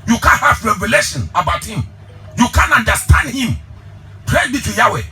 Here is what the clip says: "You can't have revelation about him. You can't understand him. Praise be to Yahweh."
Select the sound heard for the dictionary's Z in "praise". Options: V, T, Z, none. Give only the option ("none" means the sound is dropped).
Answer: none